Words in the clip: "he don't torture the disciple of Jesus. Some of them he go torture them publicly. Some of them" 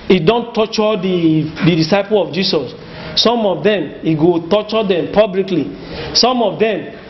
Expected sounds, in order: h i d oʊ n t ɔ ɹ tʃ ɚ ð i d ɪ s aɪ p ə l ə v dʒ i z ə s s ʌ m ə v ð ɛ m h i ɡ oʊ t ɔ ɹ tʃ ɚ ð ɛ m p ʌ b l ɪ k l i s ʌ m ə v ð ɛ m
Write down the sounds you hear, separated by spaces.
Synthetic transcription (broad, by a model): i d oʊ n t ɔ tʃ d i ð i d ɪ s aɪ p ə l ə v dʒ i s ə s s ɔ m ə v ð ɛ m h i ɡ oʊ t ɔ tʃ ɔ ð ɛ m p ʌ b l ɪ k l i s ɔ m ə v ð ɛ m